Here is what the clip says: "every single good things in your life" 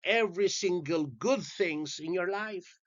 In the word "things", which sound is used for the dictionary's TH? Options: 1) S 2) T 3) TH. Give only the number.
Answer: 3